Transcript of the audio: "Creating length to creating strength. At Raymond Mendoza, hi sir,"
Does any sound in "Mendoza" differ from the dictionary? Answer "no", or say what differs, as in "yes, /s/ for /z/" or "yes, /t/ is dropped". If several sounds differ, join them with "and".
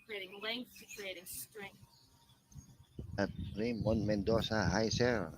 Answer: yes, /s/ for /z/